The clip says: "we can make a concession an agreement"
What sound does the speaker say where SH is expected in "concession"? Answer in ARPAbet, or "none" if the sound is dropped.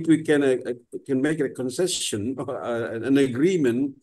S